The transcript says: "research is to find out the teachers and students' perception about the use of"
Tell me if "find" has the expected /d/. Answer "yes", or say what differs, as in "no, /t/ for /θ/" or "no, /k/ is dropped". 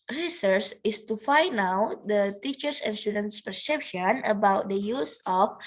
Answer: no, /d/ is dropped